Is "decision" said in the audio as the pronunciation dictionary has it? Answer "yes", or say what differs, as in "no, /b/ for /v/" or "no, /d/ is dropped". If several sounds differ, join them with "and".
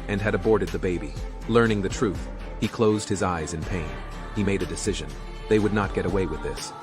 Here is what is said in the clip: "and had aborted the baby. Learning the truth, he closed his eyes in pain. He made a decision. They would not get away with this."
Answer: yes